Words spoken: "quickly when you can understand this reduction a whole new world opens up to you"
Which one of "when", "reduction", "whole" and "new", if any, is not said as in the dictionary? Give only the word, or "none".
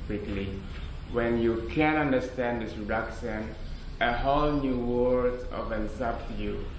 reduction